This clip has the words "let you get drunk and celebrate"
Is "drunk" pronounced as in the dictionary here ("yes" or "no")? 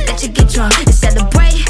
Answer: no